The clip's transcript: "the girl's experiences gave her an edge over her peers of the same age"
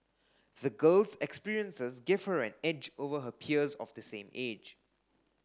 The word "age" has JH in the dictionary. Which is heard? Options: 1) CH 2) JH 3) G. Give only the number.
2